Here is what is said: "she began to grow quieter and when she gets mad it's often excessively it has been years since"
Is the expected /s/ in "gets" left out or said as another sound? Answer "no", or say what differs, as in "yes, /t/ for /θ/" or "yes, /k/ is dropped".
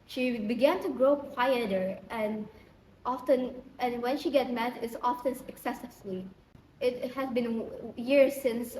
yes, /s/ is dropped